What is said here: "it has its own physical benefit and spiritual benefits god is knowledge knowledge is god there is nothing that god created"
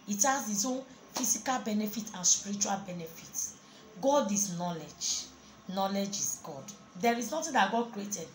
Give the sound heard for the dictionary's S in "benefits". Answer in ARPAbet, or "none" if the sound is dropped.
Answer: none